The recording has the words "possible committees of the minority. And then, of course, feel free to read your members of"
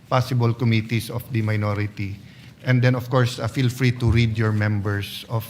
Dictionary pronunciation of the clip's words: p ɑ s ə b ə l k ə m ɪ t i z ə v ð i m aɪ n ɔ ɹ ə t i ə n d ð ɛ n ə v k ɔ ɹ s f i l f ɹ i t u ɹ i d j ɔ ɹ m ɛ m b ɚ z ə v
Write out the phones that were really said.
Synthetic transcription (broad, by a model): p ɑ s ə b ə l k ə m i t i s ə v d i m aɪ n ɔ ɹ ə t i ə n d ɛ n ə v k ɔ ɹ s f i l f ɹ i t u ɹ i d j ɔ ɹ m ɛ m b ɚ s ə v